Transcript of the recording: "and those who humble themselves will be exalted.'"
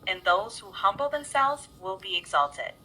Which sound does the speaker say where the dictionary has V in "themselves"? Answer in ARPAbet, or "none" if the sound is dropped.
V